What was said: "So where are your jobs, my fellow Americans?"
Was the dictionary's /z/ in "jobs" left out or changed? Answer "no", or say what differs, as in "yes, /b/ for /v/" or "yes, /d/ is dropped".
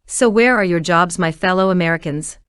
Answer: no